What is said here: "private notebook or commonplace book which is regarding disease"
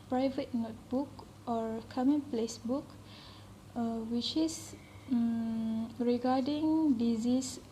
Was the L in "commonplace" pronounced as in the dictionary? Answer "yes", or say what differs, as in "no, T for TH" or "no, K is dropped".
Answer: yes